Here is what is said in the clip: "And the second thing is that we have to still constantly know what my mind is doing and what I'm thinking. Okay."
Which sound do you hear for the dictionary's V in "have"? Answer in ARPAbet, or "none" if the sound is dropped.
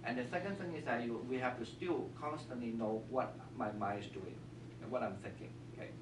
F